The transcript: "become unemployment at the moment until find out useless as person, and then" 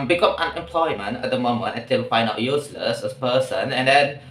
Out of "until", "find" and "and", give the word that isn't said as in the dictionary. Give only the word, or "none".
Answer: until